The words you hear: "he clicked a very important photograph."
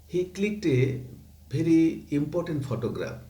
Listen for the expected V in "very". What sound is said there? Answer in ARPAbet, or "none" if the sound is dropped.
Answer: B